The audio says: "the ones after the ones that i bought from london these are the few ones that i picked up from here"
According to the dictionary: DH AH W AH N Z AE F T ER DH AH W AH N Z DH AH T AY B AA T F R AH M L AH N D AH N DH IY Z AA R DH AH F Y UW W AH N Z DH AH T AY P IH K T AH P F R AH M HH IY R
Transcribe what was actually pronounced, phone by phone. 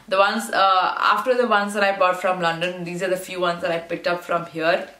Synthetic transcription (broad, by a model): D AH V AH N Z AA F T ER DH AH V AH N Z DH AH T AY B AA T F R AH M L AH N D AH N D IY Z AA R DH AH F Y UW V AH N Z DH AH T AY P IH K T AH P F R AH M HH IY R